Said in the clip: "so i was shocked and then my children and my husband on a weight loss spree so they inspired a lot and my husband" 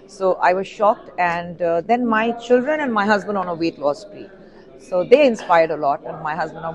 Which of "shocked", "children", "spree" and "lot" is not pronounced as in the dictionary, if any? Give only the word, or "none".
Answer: spree